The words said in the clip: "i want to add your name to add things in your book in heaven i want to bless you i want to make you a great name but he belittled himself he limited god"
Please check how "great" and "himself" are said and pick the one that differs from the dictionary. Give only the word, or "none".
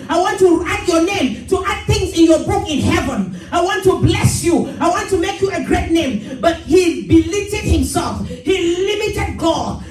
none